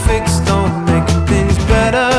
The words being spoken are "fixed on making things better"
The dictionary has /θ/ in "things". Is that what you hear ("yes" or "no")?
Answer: yes